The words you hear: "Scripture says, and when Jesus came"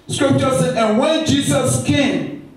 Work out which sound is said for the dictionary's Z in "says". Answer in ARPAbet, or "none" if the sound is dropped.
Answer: none